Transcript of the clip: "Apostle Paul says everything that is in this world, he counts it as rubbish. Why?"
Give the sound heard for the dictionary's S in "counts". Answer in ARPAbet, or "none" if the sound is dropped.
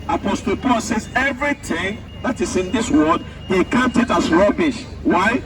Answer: none